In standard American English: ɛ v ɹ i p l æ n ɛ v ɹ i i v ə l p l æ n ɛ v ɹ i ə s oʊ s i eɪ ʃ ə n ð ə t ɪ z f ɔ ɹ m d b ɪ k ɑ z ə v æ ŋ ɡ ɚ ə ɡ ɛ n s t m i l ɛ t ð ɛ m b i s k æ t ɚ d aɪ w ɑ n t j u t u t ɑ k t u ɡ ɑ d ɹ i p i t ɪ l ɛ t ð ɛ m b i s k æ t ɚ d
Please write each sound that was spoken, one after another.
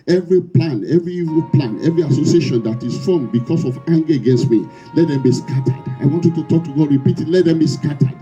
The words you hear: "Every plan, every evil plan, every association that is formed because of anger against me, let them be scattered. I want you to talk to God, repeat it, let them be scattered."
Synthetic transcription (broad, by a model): ɛ v ɹ i p l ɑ n ɛ v ɹ i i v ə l p l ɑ n ɛ v ɹ i ə s oʊ s i eɪ ʃ ə n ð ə t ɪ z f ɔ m b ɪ k ɑ s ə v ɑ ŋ ɡ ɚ ə ɡ ɛ n s t m i l ɛ t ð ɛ m b i s k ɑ t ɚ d aɪ w ɑ n t j u t u t ɑ k t u ɡ ɑ d ɹ i p i t ɪ l ɛ t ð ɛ m b i s k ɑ t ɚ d